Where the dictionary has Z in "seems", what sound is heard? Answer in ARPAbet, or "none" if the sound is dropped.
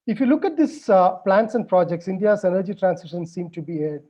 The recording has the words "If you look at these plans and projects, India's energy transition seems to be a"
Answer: none